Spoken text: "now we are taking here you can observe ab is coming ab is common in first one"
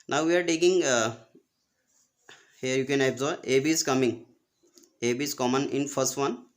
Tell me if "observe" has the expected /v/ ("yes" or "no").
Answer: no